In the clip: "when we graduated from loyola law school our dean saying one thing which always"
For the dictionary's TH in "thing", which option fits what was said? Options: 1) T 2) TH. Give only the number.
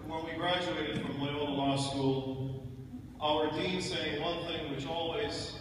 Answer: 2